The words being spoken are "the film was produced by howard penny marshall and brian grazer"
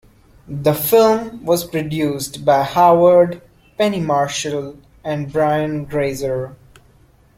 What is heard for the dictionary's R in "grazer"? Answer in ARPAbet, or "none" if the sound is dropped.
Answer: R